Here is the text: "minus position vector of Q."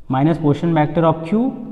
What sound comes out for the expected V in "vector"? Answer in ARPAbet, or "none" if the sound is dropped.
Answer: B